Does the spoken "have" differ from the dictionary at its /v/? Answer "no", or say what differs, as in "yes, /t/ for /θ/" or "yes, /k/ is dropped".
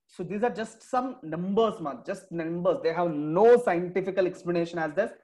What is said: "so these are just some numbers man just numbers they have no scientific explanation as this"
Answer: no